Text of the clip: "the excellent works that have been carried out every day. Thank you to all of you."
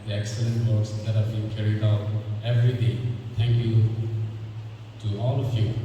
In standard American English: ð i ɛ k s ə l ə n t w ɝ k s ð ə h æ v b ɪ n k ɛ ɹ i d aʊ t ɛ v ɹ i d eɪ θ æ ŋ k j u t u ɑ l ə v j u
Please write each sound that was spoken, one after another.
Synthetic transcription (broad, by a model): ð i ɛ k s ə l ə n t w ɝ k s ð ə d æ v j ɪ k ɛ ɹ i d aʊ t ɛ v ɹ i d eɪ t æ ŋ k j u t u ɑ l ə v j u